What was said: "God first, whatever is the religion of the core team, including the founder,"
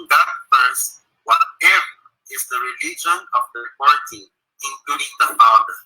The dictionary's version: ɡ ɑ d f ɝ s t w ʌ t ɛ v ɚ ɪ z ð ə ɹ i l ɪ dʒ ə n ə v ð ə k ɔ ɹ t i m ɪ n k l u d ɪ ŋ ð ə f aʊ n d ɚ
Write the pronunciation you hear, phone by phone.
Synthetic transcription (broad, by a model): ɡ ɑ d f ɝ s w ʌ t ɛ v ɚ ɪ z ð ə ɹ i l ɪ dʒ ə n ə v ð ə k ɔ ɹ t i ɪ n k l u d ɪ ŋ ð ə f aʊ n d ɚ